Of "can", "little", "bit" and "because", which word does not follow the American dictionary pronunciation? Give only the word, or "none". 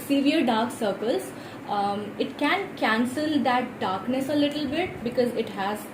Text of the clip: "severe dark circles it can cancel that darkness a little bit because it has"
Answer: none